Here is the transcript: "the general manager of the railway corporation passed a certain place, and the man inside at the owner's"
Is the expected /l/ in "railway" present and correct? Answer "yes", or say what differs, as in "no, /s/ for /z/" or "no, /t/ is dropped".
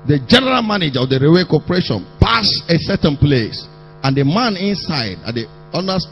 no, /l/ is dropped